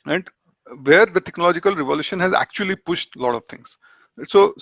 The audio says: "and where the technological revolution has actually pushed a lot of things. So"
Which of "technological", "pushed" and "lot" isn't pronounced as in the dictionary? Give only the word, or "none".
none